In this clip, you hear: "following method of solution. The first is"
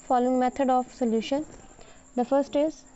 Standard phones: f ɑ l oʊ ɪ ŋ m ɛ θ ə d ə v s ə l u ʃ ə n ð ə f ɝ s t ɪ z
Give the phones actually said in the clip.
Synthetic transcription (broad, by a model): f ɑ l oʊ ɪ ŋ m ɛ t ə d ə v s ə l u ʃ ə n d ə f ɝ s t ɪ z